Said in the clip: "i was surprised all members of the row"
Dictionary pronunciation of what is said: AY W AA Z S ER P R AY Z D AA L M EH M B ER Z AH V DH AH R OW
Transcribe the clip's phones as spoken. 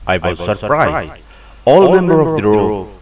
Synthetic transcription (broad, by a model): AY W AA Z S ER P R AY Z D AA L M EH M B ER AH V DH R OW